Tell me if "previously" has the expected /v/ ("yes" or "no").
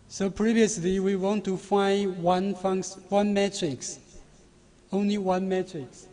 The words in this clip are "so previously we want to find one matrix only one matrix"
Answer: yes